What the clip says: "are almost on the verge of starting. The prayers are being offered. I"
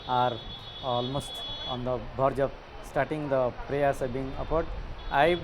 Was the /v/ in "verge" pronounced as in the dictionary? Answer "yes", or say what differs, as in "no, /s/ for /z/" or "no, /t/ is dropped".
no, /b/ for /v/